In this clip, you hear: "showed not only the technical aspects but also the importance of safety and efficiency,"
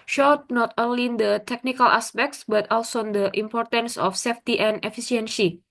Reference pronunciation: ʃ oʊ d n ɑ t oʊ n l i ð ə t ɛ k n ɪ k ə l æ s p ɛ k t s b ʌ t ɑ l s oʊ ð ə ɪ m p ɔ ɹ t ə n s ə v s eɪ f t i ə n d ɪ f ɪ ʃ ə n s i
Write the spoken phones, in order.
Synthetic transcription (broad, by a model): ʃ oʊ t n ɑ t oʊ n l i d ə t ɛ k n ɪ k ə l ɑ s p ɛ k t s b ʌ t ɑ l s oʊ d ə ɪ m p ɔ ɹ t ə n s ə f s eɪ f t i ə n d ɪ f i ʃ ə n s i